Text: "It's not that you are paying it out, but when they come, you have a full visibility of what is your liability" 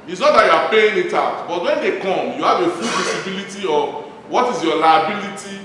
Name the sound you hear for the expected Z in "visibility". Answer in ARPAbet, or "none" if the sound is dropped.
S